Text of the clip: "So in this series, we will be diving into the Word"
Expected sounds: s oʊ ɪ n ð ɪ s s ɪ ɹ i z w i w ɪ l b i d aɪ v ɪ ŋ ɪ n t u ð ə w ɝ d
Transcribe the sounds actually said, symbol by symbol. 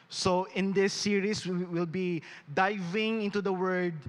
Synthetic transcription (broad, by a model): s oʊ ɪ n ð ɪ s s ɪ ɹ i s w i w ɪ l b i d aɪ v ɪ ŋ ɪ n t u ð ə w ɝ d